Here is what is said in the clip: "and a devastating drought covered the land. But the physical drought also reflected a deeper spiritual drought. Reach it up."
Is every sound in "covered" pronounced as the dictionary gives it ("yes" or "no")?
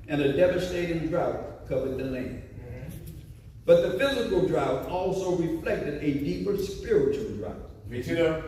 yes